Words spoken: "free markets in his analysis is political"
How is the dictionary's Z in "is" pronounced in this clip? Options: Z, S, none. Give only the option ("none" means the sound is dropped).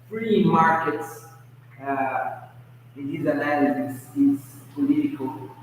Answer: S